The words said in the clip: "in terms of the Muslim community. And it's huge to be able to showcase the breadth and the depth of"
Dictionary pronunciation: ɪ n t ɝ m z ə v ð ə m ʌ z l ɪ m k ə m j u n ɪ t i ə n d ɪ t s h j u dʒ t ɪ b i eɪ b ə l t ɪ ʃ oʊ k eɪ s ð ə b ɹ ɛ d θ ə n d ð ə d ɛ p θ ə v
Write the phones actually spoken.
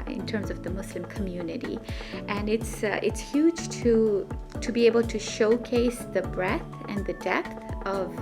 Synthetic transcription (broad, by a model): ɪ n t ɝ m z ə v ð ə m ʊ s l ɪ m k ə m j u n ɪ t i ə n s ɪ t s h j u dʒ t ɪ b i eɪ b ə l t ɪ ʃ oʊ k eɪ s ð ə b ɹ ɛ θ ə n ð ə d ɛ p θ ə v